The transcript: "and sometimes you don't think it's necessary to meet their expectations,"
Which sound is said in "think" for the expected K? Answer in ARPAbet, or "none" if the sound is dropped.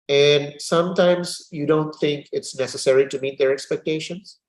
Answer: K